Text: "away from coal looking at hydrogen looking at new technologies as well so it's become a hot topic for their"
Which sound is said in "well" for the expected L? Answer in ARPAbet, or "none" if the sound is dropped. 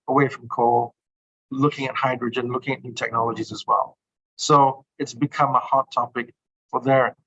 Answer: L